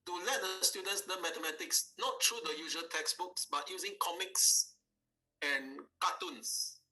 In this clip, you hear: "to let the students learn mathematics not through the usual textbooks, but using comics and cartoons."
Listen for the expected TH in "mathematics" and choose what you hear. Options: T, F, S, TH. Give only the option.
T